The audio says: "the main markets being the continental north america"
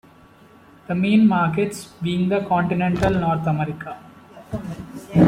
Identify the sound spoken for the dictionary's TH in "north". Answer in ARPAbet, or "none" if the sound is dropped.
T